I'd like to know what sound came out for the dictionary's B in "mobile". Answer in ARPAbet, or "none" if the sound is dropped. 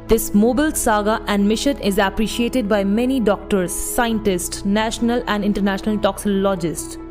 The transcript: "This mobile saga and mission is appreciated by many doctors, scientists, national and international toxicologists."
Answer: B